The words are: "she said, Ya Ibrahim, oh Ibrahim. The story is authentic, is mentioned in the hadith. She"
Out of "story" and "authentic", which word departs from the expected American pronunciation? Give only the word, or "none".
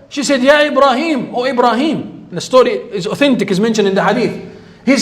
none